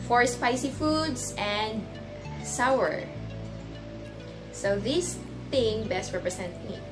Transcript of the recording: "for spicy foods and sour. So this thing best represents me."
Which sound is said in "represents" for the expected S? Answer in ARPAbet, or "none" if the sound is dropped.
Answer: none